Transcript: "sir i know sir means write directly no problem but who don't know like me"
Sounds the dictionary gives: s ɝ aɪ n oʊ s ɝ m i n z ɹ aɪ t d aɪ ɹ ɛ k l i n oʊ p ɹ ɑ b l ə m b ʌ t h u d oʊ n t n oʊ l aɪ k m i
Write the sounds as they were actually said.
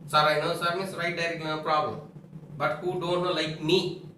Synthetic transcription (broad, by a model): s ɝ aɪ n oʊ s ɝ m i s ɹ aɪ t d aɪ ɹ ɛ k i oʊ p ɹ ɑ b l ə m b ʌ t h u d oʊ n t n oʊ l aɪ k m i